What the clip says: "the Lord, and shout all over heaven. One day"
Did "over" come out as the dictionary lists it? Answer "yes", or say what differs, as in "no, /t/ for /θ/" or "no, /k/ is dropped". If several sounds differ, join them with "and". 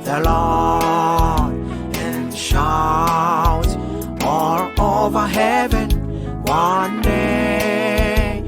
yes